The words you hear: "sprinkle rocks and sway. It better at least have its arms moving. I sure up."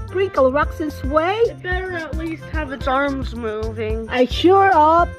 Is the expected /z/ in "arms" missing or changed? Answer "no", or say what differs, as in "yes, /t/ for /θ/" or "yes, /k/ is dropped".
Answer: no